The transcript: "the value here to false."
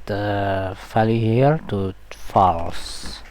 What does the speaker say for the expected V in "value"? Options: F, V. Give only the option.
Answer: F